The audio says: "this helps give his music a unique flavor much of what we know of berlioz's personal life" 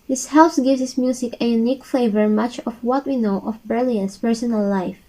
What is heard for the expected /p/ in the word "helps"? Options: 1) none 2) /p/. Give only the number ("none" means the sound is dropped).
1